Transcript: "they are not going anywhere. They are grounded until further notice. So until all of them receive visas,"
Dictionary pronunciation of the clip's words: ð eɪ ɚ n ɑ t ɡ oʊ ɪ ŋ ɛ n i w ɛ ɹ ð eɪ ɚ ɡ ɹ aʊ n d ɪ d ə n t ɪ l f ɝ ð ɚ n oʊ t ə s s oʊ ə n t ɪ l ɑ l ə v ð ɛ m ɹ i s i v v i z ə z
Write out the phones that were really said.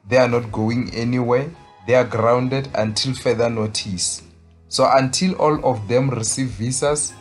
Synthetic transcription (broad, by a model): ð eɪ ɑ n ɑ t ɡ oʊ ɪ ŋ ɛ n i w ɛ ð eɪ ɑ ɡ ɹ aʊ n d ɪ d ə n t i l f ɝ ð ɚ n oʊ t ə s s oʊ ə n t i l ɑ l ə f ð ɛ m ɹ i s i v v i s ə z